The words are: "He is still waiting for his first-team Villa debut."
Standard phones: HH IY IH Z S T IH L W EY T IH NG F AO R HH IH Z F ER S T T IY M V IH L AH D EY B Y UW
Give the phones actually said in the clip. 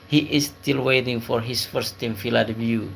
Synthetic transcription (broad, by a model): HH IY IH S T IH L W EY T IH NG F AO R HH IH S F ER S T T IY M F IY L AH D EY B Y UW